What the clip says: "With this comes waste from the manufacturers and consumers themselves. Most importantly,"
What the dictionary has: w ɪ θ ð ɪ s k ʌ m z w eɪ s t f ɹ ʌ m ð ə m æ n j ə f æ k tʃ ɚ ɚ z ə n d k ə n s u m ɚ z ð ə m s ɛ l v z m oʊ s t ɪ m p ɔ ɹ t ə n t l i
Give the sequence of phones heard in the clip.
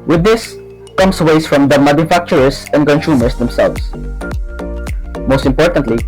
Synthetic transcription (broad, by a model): w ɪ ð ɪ s k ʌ m s w eɪ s f ɹ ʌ m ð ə m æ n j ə f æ k tʃ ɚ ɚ s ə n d k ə n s u m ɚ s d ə m s ɛ l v s m oʊ s t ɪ m p ɔ ɹ t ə n t l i